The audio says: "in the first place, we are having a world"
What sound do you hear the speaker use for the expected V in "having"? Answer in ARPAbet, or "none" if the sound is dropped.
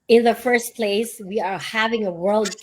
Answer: V